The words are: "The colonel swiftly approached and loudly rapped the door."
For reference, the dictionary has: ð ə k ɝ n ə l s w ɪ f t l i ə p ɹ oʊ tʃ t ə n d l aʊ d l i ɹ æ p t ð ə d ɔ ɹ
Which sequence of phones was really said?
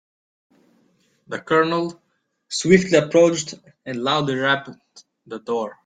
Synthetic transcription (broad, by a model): ð ə k ɝ n ə l s w ɪ f t l i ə p ɹ oʊ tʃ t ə n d l aʊ d l i ɹ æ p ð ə d ɔ ɹ